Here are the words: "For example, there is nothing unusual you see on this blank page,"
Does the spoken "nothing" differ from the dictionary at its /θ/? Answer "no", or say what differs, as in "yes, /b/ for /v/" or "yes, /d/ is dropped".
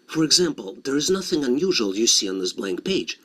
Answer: no